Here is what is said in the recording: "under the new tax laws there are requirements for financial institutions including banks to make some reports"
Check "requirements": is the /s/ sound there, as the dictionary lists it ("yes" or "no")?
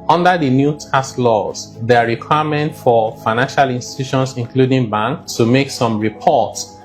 no